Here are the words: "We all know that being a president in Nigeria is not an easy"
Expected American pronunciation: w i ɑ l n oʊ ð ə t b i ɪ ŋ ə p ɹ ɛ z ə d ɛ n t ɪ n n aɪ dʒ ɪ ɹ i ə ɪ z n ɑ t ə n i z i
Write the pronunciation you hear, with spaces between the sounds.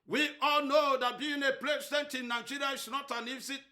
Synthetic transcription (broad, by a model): w i ɑ l n oʊ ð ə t b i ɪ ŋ ə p l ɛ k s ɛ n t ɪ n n aɪ dʒ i ɹ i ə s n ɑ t ə n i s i